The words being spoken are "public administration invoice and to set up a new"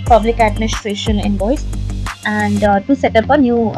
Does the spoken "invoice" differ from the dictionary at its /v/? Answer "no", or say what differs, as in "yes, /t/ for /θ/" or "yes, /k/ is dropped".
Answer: yes, /b/ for /v/